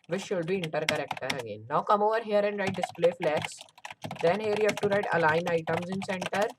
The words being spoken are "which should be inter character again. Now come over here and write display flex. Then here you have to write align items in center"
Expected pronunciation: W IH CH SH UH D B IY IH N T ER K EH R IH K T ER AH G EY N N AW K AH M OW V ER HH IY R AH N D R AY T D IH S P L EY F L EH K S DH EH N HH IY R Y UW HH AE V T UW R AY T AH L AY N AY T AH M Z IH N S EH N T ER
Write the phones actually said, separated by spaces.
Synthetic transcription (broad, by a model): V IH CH SH UH D B IY IH N T ER K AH R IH K T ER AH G EY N N AW K AH M OW V ER HH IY R AH N D R AY T D IH S P L EY F L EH K S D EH N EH R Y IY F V T UW R AY T AH L AY N AY T AH M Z IH N S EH N T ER